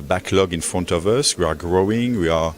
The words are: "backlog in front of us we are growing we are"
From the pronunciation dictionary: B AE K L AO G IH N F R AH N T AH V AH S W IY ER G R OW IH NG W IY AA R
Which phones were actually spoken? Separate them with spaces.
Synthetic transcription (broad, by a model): B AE K L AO G IH N F R AH N T AH V AH S W IY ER G R OW IH NG W IY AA R